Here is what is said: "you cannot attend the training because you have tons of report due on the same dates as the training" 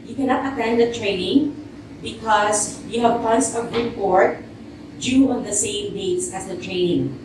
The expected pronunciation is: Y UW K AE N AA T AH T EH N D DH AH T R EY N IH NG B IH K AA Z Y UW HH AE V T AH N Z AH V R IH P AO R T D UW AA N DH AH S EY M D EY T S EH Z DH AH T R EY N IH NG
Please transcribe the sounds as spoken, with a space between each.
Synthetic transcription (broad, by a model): Y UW K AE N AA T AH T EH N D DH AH T R EY N IH NG B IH K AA S Y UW HH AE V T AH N S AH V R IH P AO R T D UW AA N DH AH S EY M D EY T S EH S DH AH T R EY N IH NG